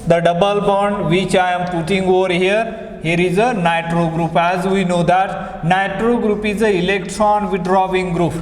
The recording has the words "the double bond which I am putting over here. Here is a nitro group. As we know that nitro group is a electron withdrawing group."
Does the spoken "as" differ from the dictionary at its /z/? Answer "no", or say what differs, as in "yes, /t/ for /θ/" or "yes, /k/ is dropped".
no